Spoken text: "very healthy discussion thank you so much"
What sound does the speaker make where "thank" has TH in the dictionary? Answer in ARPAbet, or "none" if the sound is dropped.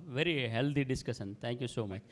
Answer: T